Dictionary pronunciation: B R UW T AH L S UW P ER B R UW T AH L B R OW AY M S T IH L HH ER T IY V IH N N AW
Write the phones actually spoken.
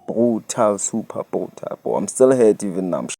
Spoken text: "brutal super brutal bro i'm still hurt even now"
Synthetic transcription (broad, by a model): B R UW T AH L S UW P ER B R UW T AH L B OW AY M S T IH L HH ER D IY V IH N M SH